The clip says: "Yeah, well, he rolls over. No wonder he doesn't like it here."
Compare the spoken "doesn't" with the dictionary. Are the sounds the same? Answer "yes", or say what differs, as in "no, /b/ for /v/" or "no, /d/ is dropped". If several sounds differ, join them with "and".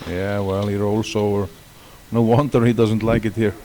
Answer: yes